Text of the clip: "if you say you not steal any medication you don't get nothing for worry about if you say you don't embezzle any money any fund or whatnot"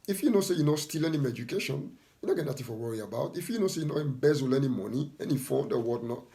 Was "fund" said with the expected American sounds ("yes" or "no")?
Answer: no